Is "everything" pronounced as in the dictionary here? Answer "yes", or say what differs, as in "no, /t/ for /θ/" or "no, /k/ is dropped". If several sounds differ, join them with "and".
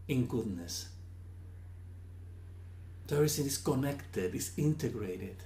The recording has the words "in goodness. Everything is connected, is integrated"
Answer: no, /v/ is dropped and /s/ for /θ/